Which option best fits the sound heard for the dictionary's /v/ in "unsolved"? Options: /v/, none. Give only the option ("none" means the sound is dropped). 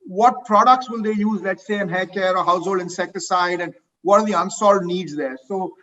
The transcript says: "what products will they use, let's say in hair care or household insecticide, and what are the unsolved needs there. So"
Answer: none